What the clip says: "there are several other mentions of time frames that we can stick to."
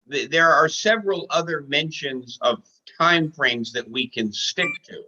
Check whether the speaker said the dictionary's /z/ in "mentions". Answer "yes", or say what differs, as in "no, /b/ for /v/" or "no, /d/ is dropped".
yes